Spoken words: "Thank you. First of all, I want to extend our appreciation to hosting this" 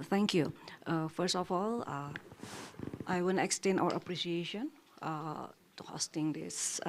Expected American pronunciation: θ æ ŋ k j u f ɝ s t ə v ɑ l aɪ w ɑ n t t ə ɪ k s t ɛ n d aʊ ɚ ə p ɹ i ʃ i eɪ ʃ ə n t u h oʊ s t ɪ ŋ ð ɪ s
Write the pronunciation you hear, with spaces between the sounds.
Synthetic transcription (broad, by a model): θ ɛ ŋ k j u f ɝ s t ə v ɑ l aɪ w ɑ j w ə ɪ k s t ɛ n aʊ ɚ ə p ɹ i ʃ i eɪ ʃ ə n t u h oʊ s t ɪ ŋ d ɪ s